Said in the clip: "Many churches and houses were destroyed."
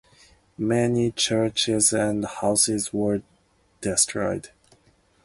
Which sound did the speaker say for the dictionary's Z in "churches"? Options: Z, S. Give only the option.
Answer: Z